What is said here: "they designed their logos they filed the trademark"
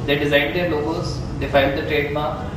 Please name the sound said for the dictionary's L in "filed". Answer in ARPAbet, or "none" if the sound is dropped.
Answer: N